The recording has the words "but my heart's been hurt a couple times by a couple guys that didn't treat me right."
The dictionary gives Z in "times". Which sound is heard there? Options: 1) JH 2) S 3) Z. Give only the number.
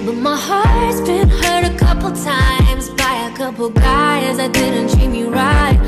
3